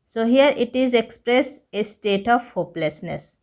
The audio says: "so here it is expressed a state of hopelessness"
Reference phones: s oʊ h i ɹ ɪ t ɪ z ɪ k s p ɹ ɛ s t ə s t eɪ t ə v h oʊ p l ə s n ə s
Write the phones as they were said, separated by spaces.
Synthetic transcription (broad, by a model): s oʊ h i ɹ ɪ t ɪ z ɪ k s p ɹ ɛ s ə s t eɪ t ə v h oʊ p l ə s n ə s